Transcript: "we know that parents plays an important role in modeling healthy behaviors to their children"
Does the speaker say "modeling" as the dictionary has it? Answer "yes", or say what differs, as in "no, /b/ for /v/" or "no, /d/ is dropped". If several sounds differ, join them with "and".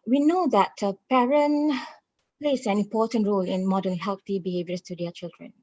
no, /l/ is dropped